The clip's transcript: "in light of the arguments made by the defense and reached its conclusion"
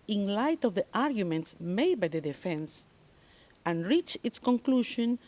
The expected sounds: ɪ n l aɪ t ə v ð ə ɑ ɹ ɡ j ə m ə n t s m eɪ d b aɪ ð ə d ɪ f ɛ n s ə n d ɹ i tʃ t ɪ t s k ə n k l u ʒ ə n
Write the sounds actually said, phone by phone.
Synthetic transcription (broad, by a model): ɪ n l aɪ t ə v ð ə ɑ ɹ ɡ j ə m ə n t s m eɪ d b aɪ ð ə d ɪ f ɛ n s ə n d ɹ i tʃ ɪ t s k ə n k l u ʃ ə n